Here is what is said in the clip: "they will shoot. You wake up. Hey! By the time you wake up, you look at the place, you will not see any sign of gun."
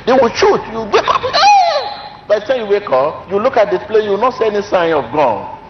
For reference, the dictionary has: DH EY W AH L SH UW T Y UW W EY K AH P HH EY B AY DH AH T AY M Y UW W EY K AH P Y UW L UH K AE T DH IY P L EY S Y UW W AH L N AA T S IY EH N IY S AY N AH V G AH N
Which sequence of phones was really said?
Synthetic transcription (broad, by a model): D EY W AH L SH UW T Y UW W EY K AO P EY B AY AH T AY Y UW W EY K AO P Y UW L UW K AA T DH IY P L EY Y UW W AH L N AA T S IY EH N IY S AY N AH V G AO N